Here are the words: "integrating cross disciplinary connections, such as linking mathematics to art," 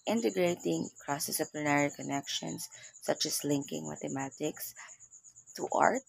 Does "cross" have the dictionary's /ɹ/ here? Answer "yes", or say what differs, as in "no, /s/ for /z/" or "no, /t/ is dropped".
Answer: yes